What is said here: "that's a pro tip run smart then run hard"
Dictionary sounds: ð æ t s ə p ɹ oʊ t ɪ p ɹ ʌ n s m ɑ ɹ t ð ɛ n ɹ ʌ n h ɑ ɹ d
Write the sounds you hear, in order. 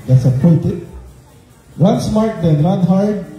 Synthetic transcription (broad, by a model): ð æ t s ə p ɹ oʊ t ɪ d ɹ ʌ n s m ɑ ɹ t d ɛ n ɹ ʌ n h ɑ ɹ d